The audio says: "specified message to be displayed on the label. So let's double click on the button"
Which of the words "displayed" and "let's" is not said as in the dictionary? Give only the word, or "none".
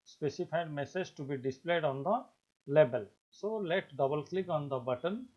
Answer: let's